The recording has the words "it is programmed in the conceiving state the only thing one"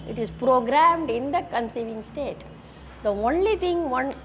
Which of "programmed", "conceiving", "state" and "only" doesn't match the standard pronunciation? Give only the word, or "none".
none